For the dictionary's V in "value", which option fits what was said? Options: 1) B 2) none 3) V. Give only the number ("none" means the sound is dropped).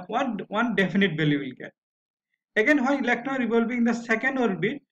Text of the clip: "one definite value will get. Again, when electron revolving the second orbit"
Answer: 1